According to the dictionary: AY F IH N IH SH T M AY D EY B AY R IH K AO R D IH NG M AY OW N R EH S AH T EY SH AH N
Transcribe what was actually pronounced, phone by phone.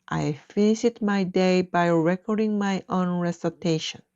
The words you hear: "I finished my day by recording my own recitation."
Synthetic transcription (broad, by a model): AY F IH N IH T M AY D EY B AY R IH K AO R D IH NG M AY OW N R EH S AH T EY SH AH N